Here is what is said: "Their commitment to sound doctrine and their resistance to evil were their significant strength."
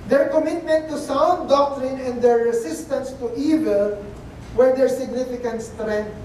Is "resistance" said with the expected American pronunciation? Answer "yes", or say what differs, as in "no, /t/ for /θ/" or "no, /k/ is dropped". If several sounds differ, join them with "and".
no, /s/ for /z/